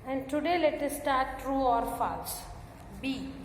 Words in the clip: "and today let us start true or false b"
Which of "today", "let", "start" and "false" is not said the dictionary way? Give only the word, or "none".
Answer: false